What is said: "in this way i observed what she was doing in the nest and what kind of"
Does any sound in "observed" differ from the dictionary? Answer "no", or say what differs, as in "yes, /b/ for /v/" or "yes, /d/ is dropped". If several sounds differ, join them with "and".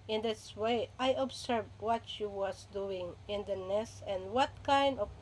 yes, /s/ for /z/